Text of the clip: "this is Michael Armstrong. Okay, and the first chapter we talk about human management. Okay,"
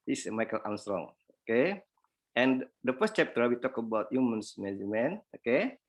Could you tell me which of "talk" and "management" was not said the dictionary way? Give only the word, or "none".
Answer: management